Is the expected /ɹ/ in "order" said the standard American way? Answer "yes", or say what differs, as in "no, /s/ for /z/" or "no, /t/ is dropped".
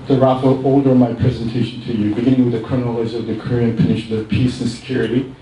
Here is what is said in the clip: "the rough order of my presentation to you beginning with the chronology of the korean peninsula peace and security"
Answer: no, /l/ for /ɹ/